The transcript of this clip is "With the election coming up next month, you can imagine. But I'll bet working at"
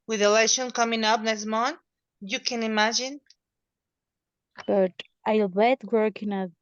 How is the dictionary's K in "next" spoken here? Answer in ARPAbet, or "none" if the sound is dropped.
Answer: none